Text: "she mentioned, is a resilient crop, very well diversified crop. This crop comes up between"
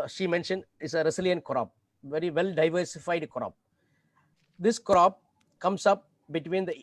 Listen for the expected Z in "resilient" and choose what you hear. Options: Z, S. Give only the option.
S